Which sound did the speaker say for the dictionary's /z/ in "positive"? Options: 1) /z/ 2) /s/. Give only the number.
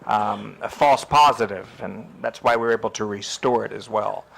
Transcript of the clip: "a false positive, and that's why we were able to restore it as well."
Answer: 1